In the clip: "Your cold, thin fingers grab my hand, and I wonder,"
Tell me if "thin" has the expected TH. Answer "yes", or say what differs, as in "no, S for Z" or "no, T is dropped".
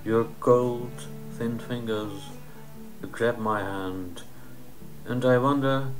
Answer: yes